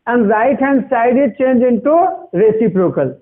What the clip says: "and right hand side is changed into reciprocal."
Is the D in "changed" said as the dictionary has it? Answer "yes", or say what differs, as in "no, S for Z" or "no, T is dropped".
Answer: no, D is dropped